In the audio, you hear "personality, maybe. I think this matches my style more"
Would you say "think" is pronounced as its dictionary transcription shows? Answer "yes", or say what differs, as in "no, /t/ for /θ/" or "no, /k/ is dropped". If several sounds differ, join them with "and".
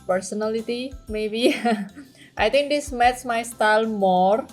no, /t/ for /θ/